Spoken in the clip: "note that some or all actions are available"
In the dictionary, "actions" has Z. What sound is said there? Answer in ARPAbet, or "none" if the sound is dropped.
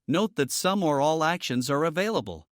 Z